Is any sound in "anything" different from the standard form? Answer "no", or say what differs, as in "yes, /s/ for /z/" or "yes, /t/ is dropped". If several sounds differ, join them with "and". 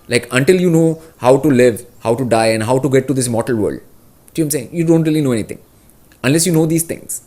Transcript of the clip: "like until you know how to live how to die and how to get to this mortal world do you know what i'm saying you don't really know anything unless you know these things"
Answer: yes, /t/ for /θ/